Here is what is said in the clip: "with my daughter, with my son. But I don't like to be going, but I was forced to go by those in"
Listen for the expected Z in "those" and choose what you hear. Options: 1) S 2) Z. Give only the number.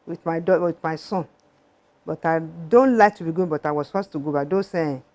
1